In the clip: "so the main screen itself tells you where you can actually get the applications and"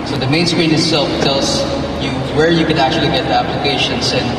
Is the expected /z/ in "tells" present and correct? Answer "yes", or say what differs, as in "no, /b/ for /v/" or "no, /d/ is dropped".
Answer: no, /s/ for /z/